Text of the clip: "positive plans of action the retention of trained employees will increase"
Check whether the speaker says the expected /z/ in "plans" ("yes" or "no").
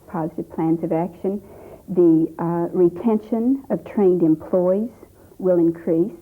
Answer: yes